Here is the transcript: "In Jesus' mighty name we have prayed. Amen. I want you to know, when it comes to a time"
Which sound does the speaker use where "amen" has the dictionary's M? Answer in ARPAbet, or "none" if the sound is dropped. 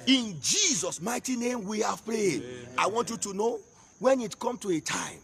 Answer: none